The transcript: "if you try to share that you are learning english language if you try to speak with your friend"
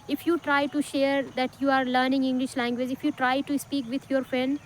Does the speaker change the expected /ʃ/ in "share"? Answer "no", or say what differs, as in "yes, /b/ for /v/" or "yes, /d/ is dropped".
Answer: no